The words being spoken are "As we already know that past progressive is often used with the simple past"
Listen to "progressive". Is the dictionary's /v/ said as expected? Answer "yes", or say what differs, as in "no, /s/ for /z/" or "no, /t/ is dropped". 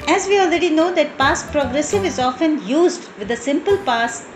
yes